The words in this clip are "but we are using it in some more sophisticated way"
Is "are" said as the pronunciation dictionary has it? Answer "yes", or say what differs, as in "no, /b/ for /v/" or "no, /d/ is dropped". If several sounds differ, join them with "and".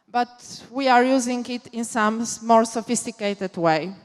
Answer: yes